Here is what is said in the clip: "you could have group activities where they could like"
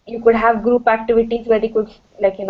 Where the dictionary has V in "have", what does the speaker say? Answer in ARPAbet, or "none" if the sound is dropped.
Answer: V